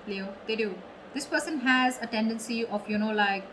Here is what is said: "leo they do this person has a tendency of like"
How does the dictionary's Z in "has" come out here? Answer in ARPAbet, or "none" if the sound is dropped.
Z